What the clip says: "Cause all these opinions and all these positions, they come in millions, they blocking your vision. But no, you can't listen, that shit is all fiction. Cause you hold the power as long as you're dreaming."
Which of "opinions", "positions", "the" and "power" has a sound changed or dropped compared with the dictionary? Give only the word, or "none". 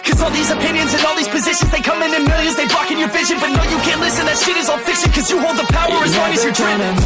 none